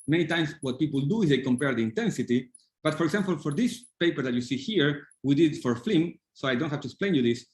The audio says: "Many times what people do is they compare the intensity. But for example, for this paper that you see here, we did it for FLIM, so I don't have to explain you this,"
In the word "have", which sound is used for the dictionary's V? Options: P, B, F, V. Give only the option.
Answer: F